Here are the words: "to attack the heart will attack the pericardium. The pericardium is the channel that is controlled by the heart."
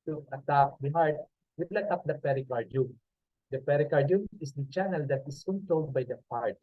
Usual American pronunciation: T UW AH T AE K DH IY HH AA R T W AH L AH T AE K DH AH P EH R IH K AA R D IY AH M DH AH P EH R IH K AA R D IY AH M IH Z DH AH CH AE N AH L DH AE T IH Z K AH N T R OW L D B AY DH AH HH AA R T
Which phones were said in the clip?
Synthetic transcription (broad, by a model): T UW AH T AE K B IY HH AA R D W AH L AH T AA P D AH P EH R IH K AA R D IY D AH P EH R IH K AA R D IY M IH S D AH CH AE N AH L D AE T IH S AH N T OW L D B AY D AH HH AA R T